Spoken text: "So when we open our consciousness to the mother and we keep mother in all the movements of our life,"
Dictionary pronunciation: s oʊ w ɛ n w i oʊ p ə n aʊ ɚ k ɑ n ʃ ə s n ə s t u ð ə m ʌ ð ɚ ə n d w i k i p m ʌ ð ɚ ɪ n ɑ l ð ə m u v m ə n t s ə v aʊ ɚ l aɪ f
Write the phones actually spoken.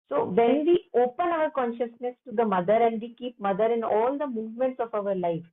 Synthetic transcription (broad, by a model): s oʊ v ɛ n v i oʊ p ə n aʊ ɚ k ɑ n ʃ ə s n ə s t u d ə m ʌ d ɚ ə n d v i k i p m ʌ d ɚ ɪ n ɑ l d ə m u v m ə n t s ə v aʊ ɚ l aɪ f